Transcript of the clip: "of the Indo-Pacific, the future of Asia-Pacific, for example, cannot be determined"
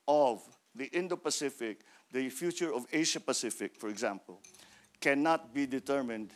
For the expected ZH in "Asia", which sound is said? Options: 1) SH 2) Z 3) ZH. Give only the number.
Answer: 1